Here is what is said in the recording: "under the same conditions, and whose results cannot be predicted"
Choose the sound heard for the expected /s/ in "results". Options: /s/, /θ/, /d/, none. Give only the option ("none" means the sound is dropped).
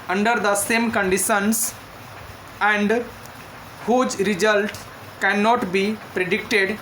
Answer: none